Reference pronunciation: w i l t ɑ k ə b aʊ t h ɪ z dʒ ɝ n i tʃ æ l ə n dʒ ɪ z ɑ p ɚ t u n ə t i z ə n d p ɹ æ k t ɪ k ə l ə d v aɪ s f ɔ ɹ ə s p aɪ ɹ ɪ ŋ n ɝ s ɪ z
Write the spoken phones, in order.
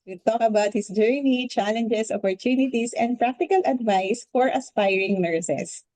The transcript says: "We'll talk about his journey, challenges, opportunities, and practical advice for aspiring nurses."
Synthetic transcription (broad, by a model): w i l t ɑ k ə b aʊ t h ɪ s dʒ ɝ n i tʃ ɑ l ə n dʒ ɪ s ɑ p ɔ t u n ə t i s ə n d p ɹ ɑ k t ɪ k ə l ə d v aɪ s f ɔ ɹ ə s p aɪ ɹ ɪ ŋ n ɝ s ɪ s